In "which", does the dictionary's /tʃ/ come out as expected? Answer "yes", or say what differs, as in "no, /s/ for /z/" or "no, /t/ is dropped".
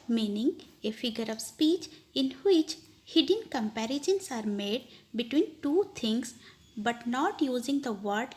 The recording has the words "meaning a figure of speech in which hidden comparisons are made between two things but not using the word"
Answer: yes